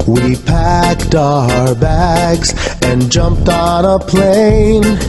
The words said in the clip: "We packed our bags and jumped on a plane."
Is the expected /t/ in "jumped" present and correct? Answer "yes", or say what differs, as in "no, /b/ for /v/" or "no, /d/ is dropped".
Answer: yes